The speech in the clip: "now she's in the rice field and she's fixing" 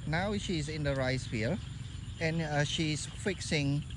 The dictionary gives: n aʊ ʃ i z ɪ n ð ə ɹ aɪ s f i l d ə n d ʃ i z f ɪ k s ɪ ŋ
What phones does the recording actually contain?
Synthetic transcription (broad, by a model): n aʊ ʃ i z ɪ n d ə ɹ aɪ s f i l ə n ʃ i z f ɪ k s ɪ ŋ